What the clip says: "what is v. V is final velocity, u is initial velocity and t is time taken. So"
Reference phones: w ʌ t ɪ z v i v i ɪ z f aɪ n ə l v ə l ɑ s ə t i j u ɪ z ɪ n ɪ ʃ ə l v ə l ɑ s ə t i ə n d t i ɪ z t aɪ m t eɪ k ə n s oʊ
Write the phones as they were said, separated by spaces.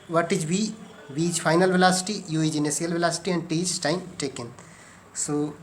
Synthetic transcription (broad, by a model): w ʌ t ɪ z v i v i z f aɪ n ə l v ə l ɑ s ə t i j u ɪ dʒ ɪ n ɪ s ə l v ə l ɑ s ə t i ə n d t i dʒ s t aɪ m t eɪ k ə n s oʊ